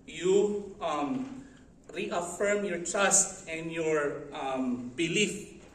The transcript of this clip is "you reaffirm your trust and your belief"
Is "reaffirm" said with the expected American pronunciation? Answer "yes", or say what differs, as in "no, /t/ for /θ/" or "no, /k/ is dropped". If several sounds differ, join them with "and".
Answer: yes